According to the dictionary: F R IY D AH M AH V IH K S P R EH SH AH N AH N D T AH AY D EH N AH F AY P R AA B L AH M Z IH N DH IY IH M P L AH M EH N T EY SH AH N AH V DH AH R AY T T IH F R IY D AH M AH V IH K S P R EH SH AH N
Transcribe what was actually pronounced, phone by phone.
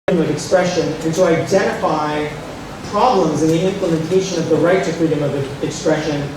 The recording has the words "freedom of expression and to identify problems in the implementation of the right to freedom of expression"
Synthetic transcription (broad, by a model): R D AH M AH V IH K S P R EH SH AH N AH N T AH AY D EH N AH F AY P R AA B L AH M Z IH N DH IY IH M P L AH M EH N T EY SH AH N AH V DH AH R AY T T IH F R IY D AH M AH V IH K S P R EH SH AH N